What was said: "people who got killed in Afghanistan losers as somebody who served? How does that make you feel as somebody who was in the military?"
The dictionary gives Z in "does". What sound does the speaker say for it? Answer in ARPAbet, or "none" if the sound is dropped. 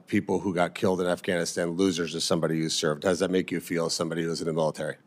Z